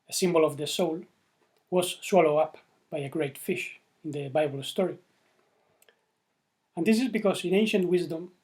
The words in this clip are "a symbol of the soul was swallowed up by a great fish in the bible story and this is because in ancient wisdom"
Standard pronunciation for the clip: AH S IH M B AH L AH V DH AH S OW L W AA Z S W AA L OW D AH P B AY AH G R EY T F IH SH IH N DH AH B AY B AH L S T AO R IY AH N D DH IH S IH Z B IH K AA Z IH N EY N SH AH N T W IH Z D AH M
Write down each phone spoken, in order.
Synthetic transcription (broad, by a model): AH S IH M B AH L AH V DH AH S OW L W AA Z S W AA L OW AH P B AY AH G R EY T F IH SH IH N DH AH B AY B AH L S T AO R IY AH N D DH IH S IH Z B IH K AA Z IH N EY N SH AH N T W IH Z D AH M